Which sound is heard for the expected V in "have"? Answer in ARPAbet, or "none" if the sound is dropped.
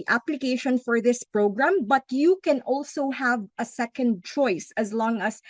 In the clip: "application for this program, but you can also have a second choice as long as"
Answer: V